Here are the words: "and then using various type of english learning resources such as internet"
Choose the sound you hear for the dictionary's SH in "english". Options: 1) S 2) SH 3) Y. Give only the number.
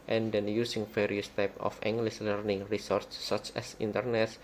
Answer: 1